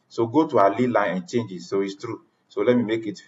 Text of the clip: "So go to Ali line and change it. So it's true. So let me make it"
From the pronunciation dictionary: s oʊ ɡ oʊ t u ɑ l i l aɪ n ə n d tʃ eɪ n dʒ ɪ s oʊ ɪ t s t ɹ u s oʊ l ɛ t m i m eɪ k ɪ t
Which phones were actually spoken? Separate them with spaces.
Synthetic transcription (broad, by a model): s oʊ ɡ oʊ t u ɑ l i l aɪ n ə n tʃ eɪ n dʒ ɪ s oʊ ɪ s t ɹ u s oʊ l ɛ t m i m eɪ k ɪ t